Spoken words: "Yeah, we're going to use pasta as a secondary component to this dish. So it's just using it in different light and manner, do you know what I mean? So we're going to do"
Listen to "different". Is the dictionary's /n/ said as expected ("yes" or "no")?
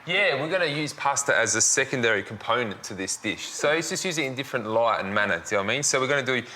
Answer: yes